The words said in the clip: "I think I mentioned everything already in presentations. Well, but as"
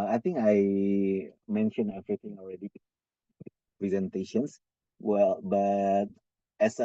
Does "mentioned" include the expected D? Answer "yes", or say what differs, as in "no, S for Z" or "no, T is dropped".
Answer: no, D is dropped